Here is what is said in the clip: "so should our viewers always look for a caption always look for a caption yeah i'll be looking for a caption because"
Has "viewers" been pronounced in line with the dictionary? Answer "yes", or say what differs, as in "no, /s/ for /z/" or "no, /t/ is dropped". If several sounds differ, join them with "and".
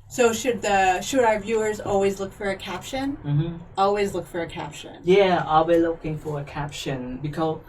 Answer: yes